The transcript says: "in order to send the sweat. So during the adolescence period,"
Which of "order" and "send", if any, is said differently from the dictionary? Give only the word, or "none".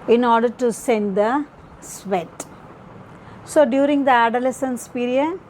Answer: none